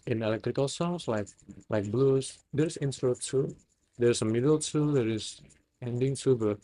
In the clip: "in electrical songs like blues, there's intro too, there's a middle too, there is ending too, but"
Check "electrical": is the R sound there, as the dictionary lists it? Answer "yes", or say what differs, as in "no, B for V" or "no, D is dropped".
yes